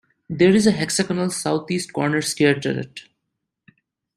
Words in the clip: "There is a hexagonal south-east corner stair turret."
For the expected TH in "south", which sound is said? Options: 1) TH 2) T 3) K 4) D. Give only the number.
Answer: 2